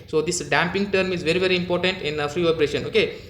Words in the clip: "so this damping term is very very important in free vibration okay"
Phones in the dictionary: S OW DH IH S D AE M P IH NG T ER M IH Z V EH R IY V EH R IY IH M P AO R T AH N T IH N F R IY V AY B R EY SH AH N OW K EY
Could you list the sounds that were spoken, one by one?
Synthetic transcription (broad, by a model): S OW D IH S D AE M P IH NG T ER M IH Z V EH R IY V EH R IY IH M P AO R T AH N T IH N F R IY P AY R EY SH AH N OW K EY